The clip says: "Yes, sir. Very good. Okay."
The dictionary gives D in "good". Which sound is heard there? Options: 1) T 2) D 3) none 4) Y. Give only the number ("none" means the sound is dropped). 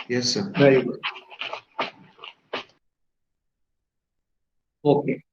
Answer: 3